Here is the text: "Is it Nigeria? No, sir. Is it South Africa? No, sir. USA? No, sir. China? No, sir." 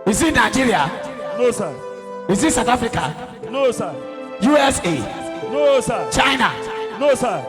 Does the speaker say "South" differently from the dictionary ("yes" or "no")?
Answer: yes